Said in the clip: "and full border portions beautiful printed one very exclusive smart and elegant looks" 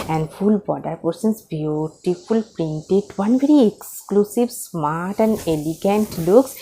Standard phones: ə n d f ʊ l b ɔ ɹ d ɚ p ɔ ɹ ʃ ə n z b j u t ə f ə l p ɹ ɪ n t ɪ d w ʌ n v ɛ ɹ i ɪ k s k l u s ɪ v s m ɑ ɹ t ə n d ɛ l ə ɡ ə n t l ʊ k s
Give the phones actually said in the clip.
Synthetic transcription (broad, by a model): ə n d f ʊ l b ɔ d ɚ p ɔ ɹ s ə n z b j u t ə f ə l p ɹ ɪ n t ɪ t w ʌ n v ɛ ɹ i ɪ k s k l u s ɪ v s m ɑ ɹ t ə n d ɛ l ə ɡ ə n t l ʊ k s